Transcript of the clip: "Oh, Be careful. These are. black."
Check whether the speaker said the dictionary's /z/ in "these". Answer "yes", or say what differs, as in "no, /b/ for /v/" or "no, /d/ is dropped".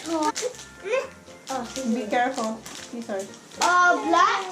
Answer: no, /s/ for /z/